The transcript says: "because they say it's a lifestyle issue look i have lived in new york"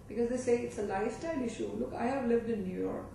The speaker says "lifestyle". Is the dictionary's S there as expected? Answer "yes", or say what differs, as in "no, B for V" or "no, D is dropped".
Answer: yes